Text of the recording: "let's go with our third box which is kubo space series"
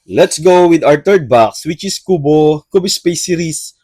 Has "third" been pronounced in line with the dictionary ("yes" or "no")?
no